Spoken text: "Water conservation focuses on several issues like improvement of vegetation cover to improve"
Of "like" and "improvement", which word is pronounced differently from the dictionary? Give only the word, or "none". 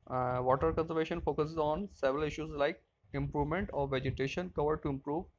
none